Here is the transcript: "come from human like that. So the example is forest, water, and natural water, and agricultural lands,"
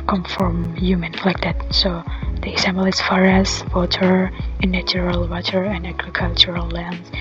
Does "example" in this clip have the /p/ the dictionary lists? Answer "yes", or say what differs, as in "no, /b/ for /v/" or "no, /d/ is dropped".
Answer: no, /b/ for /p/